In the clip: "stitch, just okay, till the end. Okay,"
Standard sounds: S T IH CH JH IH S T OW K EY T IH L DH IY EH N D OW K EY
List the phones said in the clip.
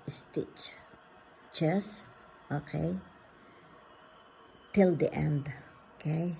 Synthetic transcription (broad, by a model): S T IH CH CH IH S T OW K EY T IH L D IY EH N D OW K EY